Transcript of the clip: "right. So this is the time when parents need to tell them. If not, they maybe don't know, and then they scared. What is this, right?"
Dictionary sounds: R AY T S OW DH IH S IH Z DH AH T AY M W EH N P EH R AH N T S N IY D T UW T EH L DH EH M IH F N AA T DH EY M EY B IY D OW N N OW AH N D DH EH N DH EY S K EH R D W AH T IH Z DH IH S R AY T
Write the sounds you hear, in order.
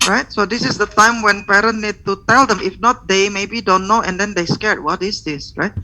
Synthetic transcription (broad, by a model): R AY T S OW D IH S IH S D AH T AY M W EH N P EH R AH N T N IY D T UW T EH L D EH M IH F N AA T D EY M EY B IY D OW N N OW AH N D EH N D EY S K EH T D W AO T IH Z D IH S R AY T